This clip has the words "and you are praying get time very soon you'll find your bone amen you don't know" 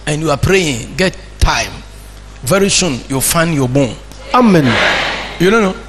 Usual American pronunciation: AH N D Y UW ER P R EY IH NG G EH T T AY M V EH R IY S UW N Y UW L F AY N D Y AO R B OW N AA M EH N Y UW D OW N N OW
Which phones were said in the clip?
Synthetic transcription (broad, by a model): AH N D Y UW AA P R EY IH NG G EH T T AY M V EH R IY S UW N Y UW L F AY N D Y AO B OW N AA M EH N Y UW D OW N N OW